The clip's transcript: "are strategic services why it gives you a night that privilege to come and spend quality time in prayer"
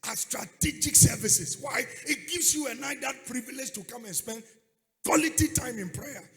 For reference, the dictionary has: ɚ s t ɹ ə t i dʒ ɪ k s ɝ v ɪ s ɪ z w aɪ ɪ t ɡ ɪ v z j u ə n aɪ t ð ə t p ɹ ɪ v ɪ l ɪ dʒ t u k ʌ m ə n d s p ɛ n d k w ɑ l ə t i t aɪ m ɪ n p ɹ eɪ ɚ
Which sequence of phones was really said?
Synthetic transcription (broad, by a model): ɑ s t ɹ ə t i dʒ ɪ k s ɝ v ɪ s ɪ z w aɪ ɪ t ɡ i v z j u ə n aɪ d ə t p ɹ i v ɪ l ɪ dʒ t u k ʌ m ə n s p ɛ n d k w ɑ l ə t i t aɪ m ɪ n p ɹ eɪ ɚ